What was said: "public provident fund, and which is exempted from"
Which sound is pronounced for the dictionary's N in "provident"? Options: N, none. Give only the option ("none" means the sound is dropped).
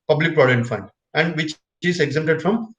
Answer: none